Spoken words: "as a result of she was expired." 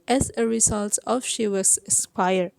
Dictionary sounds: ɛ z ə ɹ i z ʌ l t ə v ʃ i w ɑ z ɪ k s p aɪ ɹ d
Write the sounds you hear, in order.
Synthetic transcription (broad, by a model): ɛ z ə ɹ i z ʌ l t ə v ʃ i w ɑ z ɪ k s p aɪ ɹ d